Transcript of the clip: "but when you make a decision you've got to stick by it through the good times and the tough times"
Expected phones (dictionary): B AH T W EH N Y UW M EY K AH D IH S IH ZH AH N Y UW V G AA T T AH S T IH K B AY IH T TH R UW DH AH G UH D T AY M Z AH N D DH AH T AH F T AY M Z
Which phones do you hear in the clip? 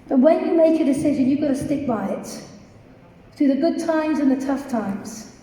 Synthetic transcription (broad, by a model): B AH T W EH N Y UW M EY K AH D IH S IH ZH AH N Y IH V G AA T T AH S T IH K B AY IH T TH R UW DH AH G UH D T AY M Z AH N DH AH T AH F T AY M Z